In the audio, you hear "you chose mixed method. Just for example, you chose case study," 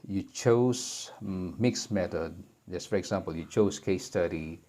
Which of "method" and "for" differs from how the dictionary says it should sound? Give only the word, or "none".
method